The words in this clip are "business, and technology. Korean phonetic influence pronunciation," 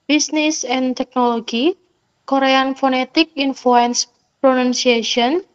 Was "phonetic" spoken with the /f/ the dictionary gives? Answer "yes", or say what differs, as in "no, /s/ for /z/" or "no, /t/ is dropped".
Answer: yes